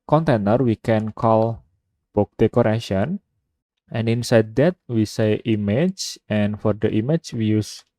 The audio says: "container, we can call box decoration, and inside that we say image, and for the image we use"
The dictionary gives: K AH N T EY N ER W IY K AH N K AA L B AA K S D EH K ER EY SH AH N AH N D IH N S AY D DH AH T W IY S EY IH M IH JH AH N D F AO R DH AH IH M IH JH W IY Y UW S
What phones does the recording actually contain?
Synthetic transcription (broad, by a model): K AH N T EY N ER W IY K AH N K AA L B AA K D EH K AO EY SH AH N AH N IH N S AY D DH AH T W IY S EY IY M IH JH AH N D F AO R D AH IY M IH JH W IY Y UW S